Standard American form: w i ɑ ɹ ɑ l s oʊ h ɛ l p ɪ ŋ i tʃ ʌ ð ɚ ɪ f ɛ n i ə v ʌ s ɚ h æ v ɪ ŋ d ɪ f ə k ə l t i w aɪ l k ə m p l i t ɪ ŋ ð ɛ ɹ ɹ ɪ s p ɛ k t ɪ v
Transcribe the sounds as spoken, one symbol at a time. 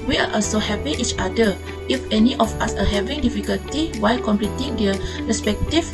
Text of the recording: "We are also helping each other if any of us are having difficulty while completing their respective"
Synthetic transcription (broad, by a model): w i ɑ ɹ ɑ l s oʊ h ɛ p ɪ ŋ i tʃ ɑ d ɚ ɪ f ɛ n i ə f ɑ s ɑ h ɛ v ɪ ŋ d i f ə k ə l t i w aɪ l k ə m p l i t ɪ ŋ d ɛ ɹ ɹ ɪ s p ɛ k t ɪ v